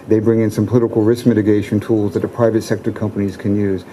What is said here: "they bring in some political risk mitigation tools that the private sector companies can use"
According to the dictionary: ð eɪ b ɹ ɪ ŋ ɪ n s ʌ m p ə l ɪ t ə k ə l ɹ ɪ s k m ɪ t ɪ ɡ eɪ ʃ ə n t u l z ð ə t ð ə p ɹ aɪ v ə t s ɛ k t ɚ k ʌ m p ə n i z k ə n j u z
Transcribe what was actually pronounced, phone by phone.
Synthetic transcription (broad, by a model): ð eɪ b ɹ ɪ ŋ ɪ n s ʌ m p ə l ɪ t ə k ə l ɹ ɪ s k m ɪ t ɪ ɡ eɪ ʃ ə n t u l z ð ə t ð ə p ɹ aɪ v ə t s ɛ k t ɚ k ʌ m p ə n i z k ə n j u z